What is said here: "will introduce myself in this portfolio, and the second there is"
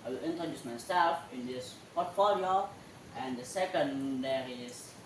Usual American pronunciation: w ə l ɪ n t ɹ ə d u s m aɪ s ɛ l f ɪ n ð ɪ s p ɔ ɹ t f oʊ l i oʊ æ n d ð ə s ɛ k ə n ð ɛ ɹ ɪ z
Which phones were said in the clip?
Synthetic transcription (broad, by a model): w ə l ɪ n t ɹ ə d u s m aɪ s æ f ɪ n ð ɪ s p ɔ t f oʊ l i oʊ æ n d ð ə s ɛ k ə n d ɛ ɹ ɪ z